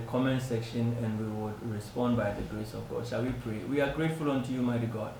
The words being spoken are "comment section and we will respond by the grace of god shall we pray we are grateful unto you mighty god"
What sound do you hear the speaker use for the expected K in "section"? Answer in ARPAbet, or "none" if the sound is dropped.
K